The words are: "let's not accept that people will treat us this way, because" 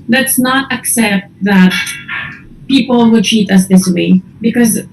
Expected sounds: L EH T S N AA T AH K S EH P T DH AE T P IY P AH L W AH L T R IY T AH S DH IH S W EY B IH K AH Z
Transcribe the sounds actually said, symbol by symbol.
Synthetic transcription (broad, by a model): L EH T S N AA T AH K S EH P T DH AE T P IY P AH L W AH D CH IY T AH S DH IH S W EY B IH K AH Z